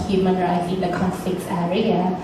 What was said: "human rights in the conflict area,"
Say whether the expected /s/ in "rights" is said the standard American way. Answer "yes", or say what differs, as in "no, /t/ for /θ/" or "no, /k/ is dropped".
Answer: no, /s/ is dropped